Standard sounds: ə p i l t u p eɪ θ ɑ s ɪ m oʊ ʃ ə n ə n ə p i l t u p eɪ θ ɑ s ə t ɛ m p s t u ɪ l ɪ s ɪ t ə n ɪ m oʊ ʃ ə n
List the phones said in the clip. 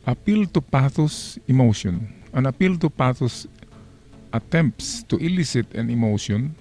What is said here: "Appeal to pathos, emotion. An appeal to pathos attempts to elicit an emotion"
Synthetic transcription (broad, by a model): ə p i l t u p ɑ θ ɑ s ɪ m oʊ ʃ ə n ə n ə p i l t u p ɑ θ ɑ s ə t ɛ m p s t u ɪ l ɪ s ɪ t ə n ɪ m oʊ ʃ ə n